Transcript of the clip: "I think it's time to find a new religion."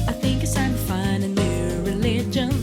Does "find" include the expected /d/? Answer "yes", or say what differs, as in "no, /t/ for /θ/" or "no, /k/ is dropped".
no, /d/ is dropped